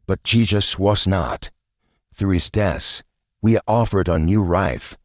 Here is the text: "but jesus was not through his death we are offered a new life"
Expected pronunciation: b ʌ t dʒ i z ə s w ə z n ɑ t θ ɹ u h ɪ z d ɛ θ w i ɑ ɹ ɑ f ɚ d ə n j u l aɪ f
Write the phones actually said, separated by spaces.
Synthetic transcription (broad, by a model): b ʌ t dʒ i z ə s w ə z n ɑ t θ ɹ u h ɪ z d ɛ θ w i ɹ ɑ f ɚ d ə n j u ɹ aɪ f